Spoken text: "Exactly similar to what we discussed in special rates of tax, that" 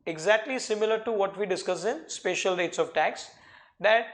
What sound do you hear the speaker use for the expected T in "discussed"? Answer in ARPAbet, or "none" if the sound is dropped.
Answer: none